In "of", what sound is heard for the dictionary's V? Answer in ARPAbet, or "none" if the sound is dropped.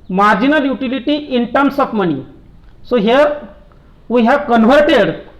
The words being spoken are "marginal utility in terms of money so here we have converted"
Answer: P